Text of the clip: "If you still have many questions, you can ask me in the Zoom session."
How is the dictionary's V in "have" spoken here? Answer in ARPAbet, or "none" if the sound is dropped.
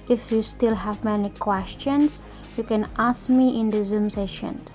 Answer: V